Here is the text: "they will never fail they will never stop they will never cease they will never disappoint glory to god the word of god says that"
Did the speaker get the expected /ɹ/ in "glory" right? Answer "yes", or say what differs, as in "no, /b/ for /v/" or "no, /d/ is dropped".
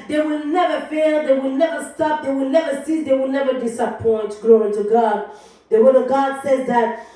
no, /ɹ/ is dropped